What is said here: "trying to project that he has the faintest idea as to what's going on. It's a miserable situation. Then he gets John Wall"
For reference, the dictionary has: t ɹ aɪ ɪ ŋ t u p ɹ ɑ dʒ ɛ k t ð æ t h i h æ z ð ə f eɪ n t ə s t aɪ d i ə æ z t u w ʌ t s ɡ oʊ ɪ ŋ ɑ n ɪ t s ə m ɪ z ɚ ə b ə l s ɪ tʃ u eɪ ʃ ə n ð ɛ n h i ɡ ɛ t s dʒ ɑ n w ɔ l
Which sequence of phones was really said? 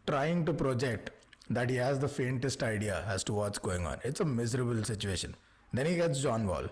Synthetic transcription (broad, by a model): t ɹ aɪ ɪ ŋ t u p ɹ ɑ dʒ ɛ k t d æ t h i h æ z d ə f eɪ n t ə s t aɪ d i ə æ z t u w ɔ t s ɡ oʊ ɪ ŋ ɑ n ɪ t s ə m ɪ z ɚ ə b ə l s ɪ tʃ u eɪ ʃ ə n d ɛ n h i ɡ ɛ t s dʒ ɑ n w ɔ l